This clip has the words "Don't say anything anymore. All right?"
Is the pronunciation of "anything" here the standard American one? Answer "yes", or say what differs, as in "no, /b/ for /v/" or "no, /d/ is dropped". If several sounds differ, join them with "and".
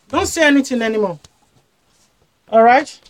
no, /t/ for /θ/